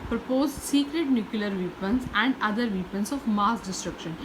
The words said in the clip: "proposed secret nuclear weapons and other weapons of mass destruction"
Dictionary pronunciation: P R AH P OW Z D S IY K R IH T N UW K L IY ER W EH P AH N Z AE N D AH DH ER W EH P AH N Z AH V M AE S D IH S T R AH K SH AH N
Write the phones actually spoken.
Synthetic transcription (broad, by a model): P R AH P OW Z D S IY K R IH T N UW K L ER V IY P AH N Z AE N D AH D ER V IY P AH N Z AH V M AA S D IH S T R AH K SH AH N